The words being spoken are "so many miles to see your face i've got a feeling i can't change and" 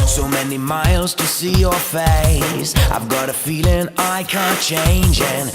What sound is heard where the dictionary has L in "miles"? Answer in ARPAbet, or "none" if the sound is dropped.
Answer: L